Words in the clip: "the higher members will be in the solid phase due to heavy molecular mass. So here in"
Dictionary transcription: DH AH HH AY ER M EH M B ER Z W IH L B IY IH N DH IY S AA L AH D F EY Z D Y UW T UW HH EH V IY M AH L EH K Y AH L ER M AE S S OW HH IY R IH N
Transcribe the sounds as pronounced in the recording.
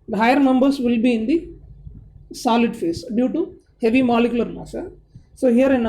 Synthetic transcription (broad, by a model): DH HH AY ER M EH M B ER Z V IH L B IY IH N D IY S AA L AH D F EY S D Y UW T UW HH EH V IY M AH L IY K Y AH L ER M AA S S OW HH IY R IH N